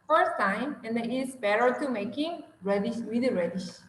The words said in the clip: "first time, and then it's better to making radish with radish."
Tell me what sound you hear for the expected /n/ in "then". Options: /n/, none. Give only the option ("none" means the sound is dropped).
none